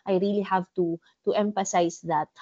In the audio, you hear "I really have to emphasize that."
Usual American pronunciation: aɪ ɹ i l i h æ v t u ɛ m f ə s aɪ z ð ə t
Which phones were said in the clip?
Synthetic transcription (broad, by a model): aɪ ɹ i l i h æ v t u ɛ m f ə s aɪ s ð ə t